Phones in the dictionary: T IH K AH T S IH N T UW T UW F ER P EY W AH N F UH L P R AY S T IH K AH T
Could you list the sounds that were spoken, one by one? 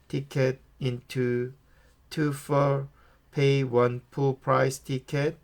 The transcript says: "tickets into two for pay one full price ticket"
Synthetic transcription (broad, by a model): T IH K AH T IH N T UW T UW F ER P EY W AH N P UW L P R AY S T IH K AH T